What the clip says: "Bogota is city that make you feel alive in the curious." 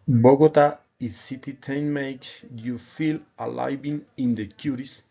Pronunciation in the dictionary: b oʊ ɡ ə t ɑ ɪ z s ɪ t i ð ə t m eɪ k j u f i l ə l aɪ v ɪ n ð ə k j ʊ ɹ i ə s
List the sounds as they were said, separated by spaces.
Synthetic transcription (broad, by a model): b oʊ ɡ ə t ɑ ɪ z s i t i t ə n m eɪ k j u f i l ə l aɪ b ɪ n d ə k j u ɹ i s